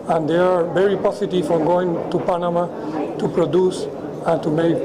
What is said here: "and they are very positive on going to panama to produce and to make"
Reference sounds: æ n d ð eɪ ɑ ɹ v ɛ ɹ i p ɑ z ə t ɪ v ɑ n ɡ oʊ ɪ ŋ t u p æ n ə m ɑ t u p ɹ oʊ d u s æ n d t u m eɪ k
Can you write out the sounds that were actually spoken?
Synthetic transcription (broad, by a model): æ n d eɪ ɑ ɹ v ɛ ɹ i p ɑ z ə t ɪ f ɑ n ɡ oʊ ɪ ŋ t u p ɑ n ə m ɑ t u p ɹ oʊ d u s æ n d t u m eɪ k